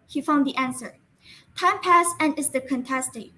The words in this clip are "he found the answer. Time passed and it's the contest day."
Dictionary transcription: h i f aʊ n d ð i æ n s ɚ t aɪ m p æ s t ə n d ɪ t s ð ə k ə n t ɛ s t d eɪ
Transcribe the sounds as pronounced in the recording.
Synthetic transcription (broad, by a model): h i f aʊ n d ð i æ n s ɚ t aɪ m p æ s ə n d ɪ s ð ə k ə n t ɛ s t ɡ